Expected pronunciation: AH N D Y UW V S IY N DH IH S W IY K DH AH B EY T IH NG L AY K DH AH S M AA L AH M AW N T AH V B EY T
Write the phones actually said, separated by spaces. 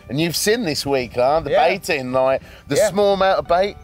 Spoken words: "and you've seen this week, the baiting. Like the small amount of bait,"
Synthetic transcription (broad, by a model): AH N Y UW V S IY N DH IH S W IY K DH AH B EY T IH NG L AY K DH AH S M AA L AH M AW T AH V B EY T